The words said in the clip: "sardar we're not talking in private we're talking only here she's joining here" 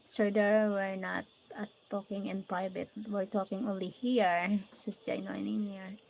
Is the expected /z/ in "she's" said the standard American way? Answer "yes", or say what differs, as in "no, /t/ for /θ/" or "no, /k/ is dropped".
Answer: no, /s/ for /z/